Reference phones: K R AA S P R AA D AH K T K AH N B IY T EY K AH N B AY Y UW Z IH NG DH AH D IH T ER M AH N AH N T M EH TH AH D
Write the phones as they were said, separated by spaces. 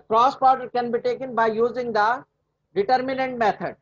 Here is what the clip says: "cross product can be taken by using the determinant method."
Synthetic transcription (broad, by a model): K R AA S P AA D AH T K AH N B IY T EY K AH N B AY Y UW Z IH NG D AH D IH T ER M AH N AH N T M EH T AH D